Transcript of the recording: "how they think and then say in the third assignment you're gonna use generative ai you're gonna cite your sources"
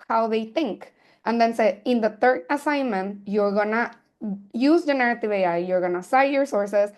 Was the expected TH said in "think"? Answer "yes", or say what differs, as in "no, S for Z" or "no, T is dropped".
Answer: no, T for TH